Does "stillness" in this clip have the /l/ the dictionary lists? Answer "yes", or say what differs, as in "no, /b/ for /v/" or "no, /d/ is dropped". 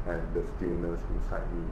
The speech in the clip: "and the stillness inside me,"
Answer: no, /l/ is dropped